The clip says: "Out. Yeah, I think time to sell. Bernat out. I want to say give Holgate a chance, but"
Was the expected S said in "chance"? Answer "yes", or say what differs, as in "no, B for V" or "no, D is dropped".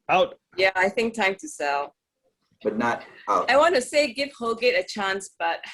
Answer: yes